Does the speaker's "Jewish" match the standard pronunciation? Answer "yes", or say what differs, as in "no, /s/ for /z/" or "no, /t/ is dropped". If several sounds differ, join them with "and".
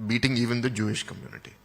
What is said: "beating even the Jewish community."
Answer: yes